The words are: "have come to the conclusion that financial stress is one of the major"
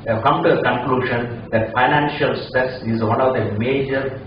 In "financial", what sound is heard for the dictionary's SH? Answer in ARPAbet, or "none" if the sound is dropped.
SH